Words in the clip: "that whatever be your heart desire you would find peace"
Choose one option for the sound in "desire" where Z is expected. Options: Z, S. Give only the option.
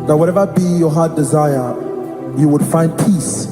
Z